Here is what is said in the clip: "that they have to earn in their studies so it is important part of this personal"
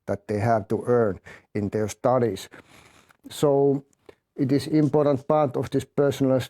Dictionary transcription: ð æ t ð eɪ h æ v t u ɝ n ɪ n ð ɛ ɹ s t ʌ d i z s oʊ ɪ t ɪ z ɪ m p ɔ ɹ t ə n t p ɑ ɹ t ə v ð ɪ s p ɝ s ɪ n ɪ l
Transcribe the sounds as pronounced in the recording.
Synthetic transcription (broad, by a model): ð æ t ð eɪ h æ v t u ɝ n ɪ n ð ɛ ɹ s t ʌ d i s s oʊ ɪ t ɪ s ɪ m p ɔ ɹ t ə n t p ɑ ɹ t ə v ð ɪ s p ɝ s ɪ n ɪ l